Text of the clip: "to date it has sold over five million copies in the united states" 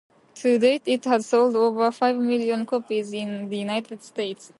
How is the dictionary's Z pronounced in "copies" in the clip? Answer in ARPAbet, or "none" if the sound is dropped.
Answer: Z